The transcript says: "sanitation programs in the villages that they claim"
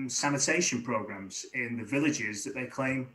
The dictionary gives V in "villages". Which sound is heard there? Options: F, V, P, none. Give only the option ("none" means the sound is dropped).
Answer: V